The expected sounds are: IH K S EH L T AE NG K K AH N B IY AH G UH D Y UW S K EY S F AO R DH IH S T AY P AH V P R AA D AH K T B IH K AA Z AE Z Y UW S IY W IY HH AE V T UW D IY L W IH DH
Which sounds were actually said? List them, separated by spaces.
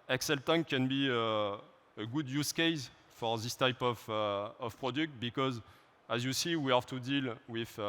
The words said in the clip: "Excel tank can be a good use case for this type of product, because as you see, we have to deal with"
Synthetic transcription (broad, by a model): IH K S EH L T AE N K K AH N B IY AH G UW D Y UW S K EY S F AO R DH IH S T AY P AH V P R AA D AH K T B IH K AA Z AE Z Y UW S IY W IY HH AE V T UW D IY L W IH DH